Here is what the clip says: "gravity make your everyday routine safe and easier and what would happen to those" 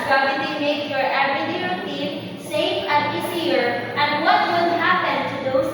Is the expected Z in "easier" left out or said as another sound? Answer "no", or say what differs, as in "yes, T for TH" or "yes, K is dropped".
yes, S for Z